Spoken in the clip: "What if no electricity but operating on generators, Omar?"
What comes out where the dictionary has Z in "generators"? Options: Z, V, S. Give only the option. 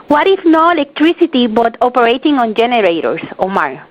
S